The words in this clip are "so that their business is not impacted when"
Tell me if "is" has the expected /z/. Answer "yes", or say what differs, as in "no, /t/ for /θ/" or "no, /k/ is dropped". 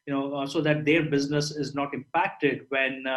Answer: yes